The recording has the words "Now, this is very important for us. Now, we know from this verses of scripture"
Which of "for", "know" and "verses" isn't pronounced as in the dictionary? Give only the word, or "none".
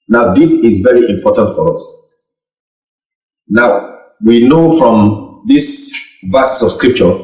verses